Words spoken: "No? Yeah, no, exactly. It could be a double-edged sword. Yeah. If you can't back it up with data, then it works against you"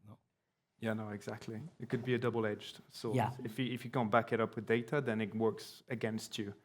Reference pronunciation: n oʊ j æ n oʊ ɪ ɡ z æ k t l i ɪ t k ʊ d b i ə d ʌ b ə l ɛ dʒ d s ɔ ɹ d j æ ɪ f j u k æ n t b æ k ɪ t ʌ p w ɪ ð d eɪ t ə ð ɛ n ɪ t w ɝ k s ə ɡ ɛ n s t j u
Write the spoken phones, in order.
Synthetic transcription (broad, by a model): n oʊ j æ n oʊ ɪ ɡ z æ k t l i ɪ t k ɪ d b i ə d ʌ b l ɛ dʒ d s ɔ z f j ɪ ɪ f j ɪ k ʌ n b æ k ɪ t ʌ p w ɪ ð d eɪ t ə ð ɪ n ɪ t w ɝ k s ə ɡ ɛ n s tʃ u